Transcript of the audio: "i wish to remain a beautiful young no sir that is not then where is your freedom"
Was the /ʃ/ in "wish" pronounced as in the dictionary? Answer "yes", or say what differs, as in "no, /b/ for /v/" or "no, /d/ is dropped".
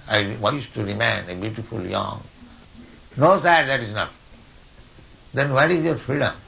no, /s/ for /ʃ/